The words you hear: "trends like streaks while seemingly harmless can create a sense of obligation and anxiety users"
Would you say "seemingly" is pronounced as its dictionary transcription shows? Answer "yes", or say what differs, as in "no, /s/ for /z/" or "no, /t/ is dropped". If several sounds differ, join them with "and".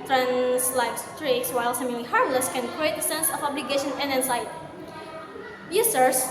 no, /ŋ/ is dropped